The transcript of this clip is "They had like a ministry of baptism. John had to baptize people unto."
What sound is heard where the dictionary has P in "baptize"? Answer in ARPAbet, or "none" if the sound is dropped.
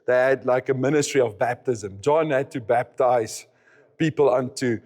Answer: P